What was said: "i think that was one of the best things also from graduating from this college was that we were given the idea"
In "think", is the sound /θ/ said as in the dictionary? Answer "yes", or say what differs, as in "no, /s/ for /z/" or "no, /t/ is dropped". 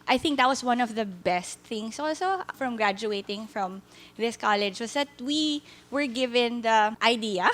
yes